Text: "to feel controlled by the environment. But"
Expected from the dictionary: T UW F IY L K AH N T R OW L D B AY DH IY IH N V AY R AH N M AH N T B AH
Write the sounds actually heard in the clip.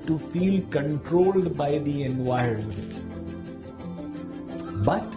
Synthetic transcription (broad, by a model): T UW F IY L K AH N T R OW L D B AY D IY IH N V AY AH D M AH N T B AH